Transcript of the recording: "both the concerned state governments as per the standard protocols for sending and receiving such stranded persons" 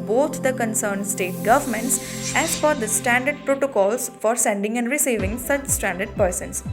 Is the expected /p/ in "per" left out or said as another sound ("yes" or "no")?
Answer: yes